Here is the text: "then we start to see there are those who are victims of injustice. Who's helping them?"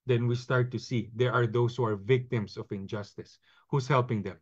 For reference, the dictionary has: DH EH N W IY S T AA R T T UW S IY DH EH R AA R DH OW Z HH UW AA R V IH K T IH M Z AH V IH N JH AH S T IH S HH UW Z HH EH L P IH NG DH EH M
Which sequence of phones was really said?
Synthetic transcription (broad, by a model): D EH N W IY S T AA R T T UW S IY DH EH R AA R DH OW S HH UW AA R V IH K T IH M S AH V IH N JH AH S T IH S HH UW S HH EH L P IH NG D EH M